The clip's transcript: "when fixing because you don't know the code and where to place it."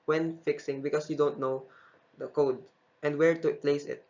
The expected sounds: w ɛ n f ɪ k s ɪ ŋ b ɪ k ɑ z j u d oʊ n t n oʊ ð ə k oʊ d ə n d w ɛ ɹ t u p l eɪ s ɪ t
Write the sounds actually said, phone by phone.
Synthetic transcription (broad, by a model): w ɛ n f ɪ k s ɪ ŋ b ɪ k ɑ s j u d oʊ n t n oʊ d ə k oʊ d ə n d w ɛ ɹ t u p l eɪ s ɪ t